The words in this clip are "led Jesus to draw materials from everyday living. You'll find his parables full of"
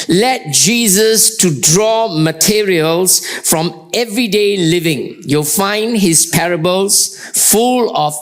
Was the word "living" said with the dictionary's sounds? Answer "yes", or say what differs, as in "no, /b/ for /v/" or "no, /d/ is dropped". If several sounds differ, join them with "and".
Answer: yes